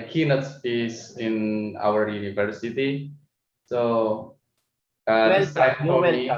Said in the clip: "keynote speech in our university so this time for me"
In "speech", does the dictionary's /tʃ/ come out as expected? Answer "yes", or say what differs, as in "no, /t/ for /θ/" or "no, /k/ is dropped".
no, /s/ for /tʃ/